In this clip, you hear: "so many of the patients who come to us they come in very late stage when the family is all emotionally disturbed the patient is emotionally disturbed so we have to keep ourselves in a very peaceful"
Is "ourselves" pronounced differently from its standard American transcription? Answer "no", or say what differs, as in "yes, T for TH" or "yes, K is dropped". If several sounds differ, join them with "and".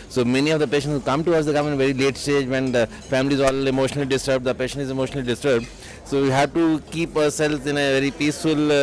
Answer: yes, V is dropped